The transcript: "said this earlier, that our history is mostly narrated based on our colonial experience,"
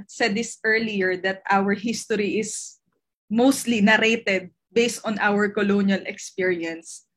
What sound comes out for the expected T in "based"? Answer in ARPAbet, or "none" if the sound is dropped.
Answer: T